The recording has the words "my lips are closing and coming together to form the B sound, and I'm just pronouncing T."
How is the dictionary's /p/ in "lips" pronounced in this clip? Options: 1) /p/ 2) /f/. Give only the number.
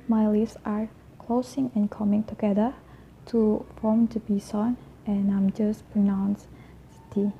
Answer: 2